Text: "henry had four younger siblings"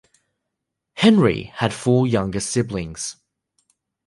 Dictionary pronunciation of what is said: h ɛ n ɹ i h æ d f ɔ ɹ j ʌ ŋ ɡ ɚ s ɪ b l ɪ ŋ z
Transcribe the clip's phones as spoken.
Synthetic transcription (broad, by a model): h ɛ n ɹ i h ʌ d f ɔ j ʌ ŋ ɡ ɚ s ɪ b l ɪ ŋ z